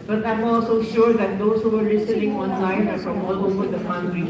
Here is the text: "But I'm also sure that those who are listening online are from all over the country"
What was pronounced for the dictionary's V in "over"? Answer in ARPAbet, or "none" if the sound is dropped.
F